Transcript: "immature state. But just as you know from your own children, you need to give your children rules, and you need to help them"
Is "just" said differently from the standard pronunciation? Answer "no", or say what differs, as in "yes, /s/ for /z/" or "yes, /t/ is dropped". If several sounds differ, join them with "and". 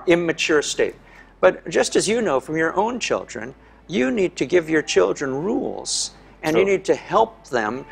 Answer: yes, /ʒ/ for /dʒ/